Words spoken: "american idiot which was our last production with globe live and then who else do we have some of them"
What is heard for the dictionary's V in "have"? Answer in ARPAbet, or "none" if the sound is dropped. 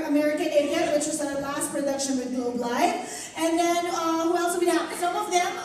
P